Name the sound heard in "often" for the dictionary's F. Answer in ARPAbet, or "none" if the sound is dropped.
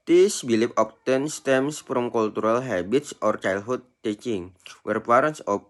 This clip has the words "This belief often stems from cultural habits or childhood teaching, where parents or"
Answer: P